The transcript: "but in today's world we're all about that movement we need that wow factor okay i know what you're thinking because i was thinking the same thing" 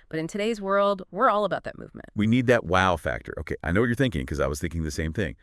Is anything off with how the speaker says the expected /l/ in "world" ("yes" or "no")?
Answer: no